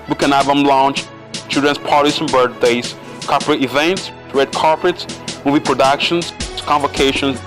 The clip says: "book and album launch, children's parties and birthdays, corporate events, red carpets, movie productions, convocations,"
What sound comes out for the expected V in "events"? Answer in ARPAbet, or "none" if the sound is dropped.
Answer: V